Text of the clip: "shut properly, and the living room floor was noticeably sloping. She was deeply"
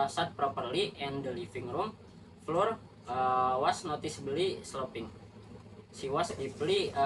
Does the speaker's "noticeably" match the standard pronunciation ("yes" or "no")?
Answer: no